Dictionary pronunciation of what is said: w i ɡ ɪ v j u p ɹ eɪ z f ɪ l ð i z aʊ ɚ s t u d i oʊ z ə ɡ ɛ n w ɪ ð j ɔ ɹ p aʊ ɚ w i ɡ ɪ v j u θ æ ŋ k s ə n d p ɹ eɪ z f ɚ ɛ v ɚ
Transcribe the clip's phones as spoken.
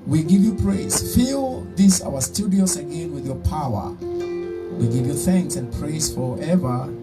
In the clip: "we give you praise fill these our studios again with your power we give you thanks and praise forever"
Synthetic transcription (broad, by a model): w i ɡ ɪ v j u p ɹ eɪ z f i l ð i s aʊ ɚ s t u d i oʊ s ə ɡ ɛ n w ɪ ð j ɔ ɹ p aʊ ɚ w i ɡ ɪ v j u θ æ ŋ k s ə n p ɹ eɪ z f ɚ ɛ v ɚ